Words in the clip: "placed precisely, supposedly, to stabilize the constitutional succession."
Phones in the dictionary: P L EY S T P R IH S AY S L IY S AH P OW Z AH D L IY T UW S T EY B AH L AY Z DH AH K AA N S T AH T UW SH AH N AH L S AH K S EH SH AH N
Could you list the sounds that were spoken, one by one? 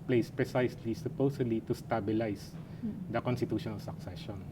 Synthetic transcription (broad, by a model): P L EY S P R IH S AY S L IY S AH P OW S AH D L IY T UW S T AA B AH L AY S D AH K AA N S T AH T UW SH AH N AH L S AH K S EH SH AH N